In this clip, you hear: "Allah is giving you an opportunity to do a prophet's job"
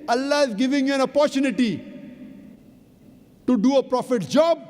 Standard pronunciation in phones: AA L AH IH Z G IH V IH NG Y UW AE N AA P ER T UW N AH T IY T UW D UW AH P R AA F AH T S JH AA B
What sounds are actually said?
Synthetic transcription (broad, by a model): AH L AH IH Z G IH V IH NG AE N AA P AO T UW N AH T IY T UW D UW AH P R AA F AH T JH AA B